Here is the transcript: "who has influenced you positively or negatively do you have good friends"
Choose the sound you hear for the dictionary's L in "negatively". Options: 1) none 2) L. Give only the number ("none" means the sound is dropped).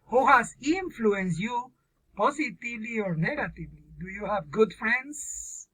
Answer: 2